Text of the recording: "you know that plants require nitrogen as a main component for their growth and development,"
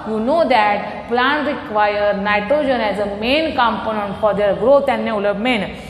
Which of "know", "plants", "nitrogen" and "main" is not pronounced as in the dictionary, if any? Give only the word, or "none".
plants